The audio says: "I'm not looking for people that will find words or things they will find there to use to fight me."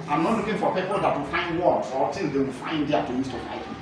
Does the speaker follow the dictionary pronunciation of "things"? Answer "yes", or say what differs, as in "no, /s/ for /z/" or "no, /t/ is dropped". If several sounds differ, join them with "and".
no, /t/ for /θ/